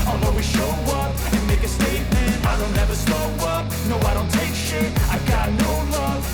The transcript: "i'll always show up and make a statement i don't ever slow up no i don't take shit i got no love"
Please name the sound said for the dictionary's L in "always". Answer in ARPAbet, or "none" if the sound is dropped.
none